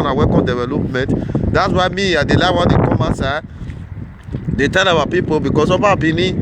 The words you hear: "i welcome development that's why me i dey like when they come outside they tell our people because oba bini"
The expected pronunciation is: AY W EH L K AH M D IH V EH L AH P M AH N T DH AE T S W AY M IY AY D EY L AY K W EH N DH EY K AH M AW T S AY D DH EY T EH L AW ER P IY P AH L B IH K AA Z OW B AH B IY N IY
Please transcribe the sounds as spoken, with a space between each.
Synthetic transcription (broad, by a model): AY W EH K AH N D IH V EH L AH P M AH N T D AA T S W AY M IY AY D EY L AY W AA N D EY K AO M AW S AY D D EY T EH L AW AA P IY P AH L B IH K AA S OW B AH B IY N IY